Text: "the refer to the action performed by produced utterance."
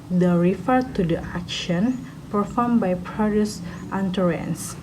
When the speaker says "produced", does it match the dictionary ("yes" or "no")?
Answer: yes